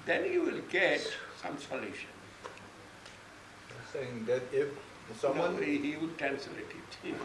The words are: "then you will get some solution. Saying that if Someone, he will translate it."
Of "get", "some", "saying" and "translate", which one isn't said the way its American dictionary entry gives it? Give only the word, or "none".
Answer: translate